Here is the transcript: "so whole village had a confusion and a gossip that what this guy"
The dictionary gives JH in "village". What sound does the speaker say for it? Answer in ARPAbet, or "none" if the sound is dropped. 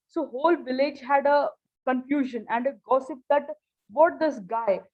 JH